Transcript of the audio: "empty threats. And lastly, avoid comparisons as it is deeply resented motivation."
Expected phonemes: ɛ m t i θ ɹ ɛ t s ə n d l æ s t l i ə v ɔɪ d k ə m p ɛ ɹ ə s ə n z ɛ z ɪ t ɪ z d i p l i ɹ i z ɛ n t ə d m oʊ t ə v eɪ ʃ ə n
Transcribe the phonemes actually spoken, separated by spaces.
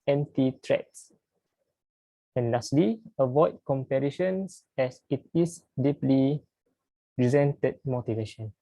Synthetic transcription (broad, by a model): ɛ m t i t ɹ ɛ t s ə n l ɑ s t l i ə v ɔɪ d k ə m p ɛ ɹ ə ʃ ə n s ɛ s ɪ t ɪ s d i p l i ɹ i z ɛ n t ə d m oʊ t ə v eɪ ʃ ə n